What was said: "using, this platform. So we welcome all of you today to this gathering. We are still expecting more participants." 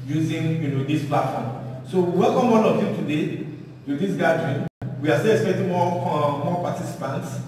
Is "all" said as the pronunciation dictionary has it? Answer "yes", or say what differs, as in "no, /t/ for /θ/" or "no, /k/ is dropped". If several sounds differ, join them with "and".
no, /n/ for /l/